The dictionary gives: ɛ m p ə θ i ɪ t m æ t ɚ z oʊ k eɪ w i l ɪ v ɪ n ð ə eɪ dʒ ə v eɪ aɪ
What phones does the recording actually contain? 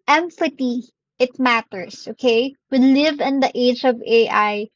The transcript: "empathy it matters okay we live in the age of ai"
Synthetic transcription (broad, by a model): ɛ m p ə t i ɪ t m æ t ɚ s oʊ k eɪ w i l ɪ v ɪ n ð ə eɪ dʒ ə v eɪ aɪ